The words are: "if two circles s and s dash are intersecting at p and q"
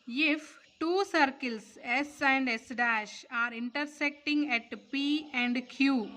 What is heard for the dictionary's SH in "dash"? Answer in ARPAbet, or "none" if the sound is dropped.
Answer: SH